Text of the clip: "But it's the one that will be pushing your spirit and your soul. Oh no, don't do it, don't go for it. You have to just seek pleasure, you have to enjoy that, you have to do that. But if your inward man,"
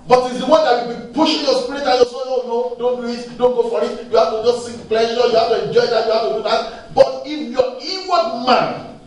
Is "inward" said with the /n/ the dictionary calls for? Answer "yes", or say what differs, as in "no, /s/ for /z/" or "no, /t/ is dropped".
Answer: no, /n/ is dropped